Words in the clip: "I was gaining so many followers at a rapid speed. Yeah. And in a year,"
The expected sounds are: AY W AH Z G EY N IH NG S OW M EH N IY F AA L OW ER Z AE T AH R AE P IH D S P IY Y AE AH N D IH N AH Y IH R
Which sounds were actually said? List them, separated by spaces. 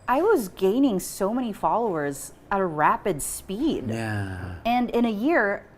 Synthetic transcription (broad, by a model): AY W AH Z G EY N IH NG S OW M EH N IY F AA L OW ER Z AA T AH R AE P IH D S P IY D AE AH N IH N AH Y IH R